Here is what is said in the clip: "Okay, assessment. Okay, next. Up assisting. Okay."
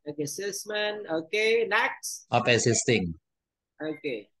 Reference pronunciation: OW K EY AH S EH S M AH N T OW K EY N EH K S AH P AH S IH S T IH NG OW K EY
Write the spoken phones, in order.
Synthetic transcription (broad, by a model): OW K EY S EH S M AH N OW K EY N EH K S AH P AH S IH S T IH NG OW K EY